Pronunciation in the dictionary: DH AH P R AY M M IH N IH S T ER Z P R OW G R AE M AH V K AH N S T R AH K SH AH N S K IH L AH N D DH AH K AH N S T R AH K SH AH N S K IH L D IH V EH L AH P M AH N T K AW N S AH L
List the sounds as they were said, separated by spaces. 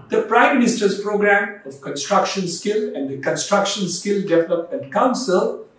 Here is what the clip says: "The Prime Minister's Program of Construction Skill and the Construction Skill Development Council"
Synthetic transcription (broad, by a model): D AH P R AY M M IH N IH S T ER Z P R OW G R AE M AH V K AH N S T R AH K SH AH N S K IH L AH N D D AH K AH N S T R AH K SH AH N S K IH L D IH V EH L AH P AH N K AW N S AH L